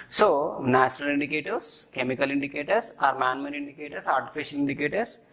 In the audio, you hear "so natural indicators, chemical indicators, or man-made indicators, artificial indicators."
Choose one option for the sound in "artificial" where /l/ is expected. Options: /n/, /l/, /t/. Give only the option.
/n/